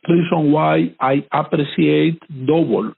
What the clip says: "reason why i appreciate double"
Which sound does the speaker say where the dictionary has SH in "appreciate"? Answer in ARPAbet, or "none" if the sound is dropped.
S